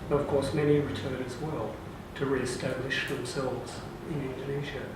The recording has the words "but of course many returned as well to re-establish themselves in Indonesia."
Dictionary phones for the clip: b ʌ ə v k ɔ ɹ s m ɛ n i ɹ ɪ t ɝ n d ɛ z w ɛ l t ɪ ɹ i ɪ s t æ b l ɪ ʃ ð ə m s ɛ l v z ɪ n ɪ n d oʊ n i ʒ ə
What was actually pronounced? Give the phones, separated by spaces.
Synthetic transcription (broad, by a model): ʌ ə v k ɔ ɹ s m ɛ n i ɹ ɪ t ɝ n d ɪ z w ɛ l t ɪ ɹ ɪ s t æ l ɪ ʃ ð ə m s ɛ l v z ɪ n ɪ n d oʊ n i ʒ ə